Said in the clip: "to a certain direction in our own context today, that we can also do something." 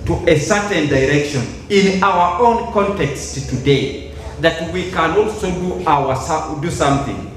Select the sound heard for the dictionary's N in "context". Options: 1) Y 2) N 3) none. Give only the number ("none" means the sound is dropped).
2